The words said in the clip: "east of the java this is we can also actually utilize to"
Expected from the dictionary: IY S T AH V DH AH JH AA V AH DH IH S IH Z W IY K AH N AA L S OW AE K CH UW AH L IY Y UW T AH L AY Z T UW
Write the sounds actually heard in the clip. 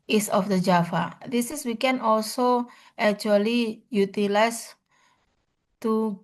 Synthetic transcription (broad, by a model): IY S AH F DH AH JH AA F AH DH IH S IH S W IY K AH N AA L S OW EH K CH UW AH L IY Y UW T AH L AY S T UW